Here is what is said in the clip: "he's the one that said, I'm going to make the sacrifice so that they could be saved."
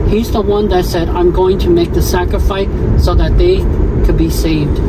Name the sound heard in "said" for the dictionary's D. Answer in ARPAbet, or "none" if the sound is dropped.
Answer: D